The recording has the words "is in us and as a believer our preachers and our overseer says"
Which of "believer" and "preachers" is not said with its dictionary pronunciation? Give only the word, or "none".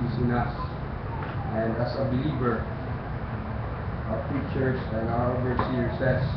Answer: preachers